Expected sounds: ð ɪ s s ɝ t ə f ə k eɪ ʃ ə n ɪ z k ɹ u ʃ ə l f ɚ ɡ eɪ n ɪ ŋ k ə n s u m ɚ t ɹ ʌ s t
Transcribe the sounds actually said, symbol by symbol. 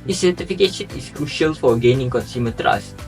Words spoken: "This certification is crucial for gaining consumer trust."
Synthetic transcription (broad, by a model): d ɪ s s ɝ t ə f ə k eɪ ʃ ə n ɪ s k ɹ u ʃ ə l f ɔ ɡ eɪ n ɪ ŋ k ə n s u m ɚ t ɹ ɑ s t